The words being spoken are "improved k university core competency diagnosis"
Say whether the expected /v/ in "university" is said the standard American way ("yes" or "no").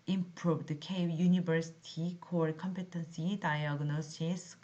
no